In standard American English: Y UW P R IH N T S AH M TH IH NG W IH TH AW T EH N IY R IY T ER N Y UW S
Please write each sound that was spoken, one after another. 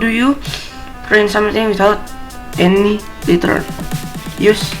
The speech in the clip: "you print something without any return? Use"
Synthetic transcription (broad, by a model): Y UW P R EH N S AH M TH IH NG W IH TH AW T EH N IY L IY T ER L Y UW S